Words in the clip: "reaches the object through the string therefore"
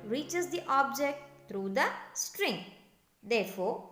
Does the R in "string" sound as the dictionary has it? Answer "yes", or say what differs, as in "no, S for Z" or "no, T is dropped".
yes